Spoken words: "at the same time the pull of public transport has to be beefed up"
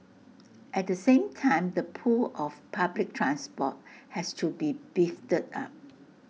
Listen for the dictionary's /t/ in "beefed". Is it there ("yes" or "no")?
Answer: yes